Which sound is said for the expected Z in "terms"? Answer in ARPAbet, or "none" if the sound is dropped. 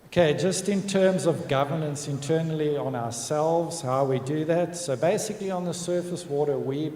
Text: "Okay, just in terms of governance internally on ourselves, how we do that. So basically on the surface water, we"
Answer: Z